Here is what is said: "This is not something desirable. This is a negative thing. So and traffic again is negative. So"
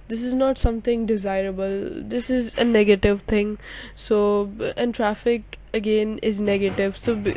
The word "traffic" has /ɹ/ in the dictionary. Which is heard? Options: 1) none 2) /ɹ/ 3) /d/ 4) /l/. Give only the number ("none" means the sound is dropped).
2